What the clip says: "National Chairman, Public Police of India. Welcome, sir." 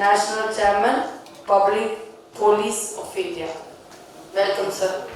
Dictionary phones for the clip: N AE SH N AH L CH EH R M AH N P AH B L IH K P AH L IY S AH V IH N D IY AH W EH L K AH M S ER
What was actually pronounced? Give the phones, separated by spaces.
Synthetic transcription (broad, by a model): N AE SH N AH L CH EH R M AH N P AH B L IH K P AH L IY S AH F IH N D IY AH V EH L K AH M S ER